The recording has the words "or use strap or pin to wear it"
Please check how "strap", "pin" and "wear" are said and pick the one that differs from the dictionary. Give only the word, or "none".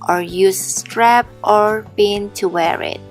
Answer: pin